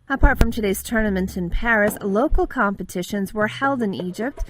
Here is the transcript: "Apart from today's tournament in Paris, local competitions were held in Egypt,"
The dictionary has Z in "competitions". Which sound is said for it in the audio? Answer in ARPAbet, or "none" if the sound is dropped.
Z